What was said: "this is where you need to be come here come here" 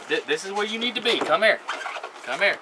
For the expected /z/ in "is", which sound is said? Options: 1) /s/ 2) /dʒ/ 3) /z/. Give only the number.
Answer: 3